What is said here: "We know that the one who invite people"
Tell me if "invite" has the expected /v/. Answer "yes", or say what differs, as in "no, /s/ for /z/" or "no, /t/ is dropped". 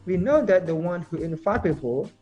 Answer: no, /f/ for /v/